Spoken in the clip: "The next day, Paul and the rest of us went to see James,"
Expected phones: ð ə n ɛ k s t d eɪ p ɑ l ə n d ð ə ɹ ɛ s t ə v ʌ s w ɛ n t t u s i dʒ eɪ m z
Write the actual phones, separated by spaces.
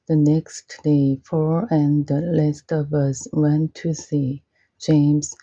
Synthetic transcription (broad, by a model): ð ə n ɛ k s t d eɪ f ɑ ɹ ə n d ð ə l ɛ s t ə v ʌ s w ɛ n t t u s i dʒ eɪ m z